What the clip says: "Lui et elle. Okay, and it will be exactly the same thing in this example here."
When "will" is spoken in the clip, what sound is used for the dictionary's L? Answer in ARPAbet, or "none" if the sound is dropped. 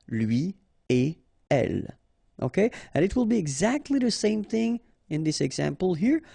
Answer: L